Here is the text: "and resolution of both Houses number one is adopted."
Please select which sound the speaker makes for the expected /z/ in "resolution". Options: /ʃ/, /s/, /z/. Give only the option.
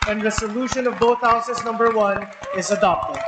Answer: /s/